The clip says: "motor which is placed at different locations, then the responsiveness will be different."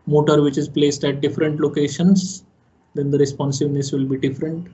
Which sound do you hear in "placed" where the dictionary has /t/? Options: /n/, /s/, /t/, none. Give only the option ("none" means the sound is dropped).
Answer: /t/